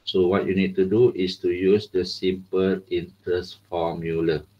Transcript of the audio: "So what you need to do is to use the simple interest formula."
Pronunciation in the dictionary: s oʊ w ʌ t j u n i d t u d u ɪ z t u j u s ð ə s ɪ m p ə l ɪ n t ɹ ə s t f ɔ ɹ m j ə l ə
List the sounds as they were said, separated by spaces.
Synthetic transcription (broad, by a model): s oʊ w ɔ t j u n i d t u d u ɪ s t u j u s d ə s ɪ m p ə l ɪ n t ə s f ɔ m j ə l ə